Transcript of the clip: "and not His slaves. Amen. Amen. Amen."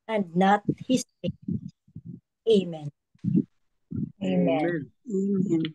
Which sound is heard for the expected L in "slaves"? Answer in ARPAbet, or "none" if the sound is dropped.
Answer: none